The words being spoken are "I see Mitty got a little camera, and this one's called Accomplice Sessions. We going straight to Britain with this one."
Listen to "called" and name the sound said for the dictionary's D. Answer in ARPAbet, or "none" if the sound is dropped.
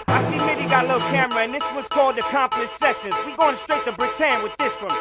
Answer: D